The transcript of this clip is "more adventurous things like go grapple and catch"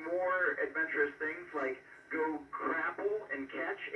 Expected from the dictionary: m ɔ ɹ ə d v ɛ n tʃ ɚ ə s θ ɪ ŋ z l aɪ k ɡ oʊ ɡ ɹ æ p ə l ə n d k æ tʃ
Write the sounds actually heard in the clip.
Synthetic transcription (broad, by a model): m ɔ ɹ ə d v ɛ n tʃ ɚ ə s θ ɪ ŋ z l aɪ k ɡ oʊ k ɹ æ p l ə n k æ tʃ